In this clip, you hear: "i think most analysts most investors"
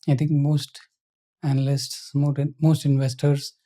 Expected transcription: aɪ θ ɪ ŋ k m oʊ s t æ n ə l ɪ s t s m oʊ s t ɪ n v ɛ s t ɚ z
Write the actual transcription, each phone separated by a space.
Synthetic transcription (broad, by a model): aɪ t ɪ ŋ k m oʊ s t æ n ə l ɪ s t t m oʊ s t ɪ n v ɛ s t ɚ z